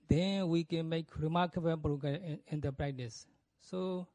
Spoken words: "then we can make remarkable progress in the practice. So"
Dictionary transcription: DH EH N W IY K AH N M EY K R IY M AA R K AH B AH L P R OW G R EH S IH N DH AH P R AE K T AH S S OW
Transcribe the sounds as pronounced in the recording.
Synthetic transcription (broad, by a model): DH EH N W IY K AH N M EY K R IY M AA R K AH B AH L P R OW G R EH IH N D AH P R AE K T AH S S OW